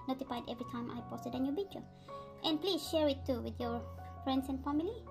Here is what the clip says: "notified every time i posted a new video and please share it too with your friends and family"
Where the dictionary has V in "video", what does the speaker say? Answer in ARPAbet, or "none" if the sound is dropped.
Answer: B